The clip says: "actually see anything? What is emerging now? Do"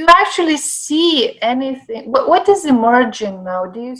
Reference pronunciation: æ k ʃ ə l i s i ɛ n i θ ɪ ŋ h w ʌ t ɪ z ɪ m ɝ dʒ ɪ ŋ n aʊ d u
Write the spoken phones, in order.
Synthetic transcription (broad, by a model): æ k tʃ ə l i s i ɛ n i θ ɪ ŋ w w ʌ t ɪ z ɪ m ɝ dʒ ɪ ŋ n aʊ d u